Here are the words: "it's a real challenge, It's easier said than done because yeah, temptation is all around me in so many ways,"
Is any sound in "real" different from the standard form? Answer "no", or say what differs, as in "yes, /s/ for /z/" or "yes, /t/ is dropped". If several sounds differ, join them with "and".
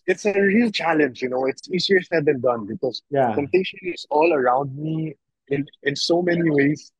no